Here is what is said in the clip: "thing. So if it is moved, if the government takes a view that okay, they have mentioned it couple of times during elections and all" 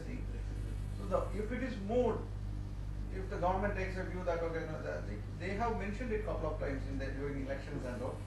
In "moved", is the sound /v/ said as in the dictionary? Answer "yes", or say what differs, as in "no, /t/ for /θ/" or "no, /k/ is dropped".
no, /v/ is dropped